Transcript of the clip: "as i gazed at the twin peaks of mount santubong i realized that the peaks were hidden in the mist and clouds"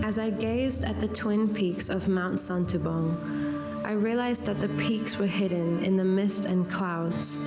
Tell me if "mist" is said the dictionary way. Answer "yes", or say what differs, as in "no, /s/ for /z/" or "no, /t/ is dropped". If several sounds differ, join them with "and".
yes